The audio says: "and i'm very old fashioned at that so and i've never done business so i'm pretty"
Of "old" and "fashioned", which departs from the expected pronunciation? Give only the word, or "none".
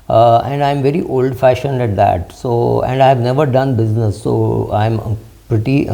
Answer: none